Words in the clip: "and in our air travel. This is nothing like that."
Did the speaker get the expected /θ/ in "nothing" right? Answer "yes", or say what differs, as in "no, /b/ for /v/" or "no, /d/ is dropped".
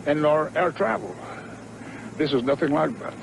yes